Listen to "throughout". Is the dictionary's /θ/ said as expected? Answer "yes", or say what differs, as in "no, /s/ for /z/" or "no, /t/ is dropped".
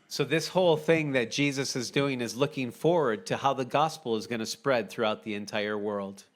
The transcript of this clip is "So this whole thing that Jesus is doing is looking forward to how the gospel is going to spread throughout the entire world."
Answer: yes